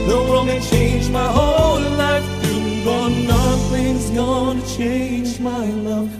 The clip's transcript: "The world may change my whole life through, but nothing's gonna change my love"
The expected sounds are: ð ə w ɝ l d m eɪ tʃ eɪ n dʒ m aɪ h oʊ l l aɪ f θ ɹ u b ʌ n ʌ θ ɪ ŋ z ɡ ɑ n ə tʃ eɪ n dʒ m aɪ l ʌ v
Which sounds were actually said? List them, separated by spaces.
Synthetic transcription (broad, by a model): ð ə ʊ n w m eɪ tʃ eɪ n dʒ m aɪ h oʊ l l aɪ f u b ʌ n ʌ θ ɪ ŋ z ɡ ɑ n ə tʃ eɪ n dʒ m aɪ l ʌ